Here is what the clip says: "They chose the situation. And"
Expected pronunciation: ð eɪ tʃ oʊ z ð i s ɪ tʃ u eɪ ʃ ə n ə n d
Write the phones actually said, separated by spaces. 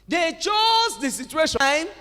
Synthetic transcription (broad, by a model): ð eɪ tʃ oʊ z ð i s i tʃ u eɪ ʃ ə ə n